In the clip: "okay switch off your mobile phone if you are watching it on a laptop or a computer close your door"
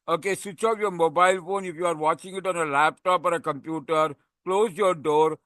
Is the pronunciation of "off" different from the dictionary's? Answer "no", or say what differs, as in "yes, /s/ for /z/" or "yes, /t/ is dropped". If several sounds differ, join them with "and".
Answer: yes, /p/ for /f/